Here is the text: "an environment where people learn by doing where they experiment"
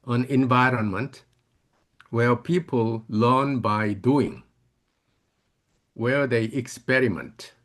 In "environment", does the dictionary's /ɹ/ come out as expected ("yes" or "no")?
yes